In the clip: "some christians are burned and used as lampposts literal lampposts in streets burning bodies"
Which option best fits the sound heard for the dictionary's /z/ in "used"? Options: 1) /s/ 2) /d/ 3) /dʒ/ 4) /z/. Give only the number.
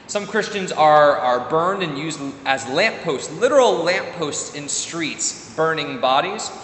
4